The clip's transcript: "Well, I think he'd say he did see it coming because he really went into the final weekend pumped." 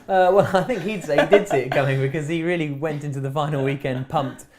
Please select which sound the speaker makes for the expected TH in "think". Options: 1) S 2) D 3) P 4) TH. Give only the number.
4